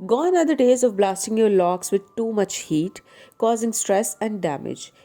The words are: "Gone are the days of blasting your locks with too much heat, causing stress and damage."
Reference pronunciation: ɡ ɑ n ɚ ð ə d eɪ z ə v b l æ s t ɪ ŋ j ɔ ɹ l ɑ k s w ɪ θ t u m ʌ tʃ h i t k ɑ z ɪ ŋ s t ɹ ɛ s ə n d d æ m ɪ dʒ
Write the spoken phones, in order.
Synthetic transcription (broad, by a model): ɡ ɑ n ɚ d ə d eɪ z ə v b l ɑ s t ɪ ŋ j ɔ ɹ l ɑ k s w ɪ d t u m ʌ tʃ h i t k ɑ z ɪ ŋ s t ɹ ɛ s ə n d d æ m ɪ dʒ